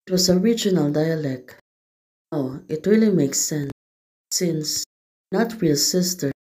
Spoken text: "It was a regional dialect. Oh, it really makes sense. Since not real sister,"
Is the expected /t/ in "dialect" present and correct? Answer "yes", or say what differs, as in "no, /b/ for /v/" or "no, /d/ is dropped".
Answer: yes